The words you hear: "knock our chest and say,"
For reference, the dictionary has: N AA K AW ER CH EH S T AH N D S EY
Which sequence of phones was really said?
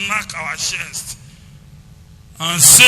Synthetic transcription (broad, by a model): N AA K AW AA SH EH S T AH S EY